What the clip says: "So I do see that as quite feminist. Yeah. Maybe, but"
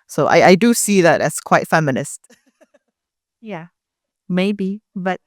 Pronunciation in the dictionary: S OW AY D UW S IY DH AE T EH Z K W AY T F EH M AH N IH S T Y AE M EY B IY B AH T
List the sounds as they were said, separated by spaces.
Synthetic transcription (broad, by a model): S OW AY D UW S IY DH AE T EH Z K W AY T F EH M AH N IH S T Y AE M EY B IY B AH T